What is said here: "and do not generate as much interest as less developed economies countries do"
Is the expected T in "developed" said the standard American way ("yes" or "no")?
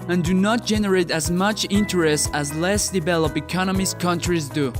no